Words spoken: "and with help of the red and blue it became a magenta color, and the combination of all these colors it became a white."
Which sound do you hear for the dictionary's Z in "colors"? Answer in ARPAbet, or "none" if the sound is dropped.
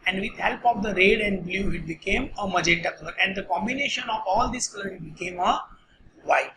none